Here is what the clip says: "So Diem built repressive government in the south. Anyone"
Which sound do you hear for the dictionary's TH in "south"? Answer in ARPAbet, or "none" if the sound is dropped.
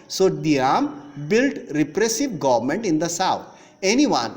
T